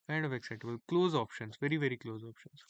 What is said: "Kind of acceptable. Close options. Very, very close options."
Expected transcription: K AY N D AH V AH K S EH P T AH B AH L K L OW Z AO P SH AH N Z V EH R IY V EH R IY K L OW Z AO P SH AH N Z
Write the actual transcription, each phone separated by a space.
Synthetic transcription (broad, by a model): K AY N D AH V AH K S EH T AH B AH L K L OW Z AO P SH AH N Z V EH R IY V EH R IY K L OW Z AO P SH AH N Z